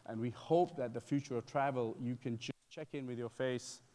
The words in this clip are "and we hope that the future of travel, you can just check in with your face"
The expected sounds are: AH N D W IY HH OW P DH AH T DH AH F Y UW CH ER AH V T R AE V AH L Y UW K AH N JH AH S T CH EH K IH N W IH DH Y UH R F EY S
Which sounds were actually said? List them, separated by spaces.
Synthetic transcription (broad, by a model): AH N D W IY HH OW P DH AH T DH AH F Y UW CH ER AH V T R AE V AH L Y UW K AH N JH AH S CH EH K IH N W IH DH Y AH R F EY S